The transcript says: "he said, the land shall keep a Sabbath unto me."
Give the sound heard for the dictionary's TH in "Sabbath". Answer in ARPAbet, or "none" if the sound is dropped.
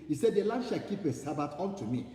T